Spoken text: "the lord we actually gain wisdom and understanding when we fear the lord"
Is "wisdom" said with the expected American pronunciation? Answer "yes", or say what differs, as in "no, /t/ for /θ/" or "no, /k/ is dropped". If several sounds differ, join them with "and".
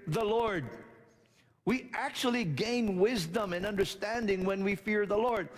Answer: yes